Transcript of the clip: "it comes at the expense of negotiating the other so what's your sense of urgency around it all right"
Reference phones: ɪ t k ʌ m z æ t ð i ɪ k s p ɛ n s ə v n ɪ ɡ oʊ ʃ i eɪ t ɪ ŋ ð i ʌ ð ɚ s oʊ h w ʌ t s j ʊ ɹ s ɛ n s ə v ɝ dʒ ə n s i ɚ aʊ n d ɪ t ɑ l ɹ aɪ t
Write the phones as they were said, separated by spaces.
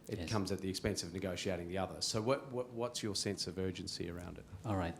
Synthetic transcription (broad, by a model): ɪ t k ʌ m z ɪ t ð i ɪ k s p ɛ n s ə v n ɪ ɡ oʊ ʃ i eɪ t ɪ ŋ ð i ʌ ð ɚ s oʊ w w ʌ t s j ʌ ɹ s ɛ n s ə v ɝ dʒ ə n s i ɚ aʊ n d ɪ t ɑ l ɹ aɪ t